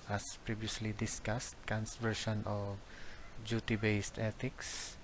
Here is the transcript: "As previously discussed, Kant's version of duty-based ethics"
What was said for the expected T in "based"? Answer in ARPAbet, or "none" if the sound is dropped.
T